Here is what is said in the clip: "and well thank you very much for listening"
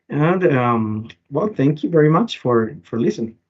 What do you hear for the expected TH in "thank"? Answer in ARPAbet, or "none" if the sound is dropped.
TH